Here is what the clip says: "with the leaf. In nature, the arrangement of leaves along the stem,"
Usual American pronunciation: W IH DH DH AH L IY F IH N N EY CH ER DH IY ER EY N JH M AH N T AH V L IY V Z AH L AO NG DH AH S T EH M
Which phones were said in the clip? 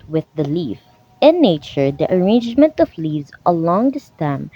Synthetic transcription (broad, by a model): W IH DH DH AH L IY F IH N N EY CH ER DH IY ER EY N JH M AH N T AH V L IY Z AH L AO NG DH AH S T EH M